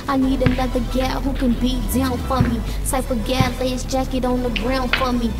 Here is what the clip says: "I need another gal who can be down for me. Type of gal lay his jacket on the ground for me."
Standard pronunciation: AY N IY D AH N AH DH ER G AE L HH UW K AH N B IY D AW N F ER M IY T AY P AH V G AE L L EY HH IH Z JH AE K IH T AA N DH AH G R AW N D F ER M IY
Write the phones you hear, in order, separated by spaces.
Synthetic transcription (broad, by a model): AY N IY D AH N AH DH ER G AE HH UW K AH N B IY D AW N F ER M IY S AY F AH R G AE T L EY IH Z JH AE K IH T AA N DH AH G R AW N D F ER M IY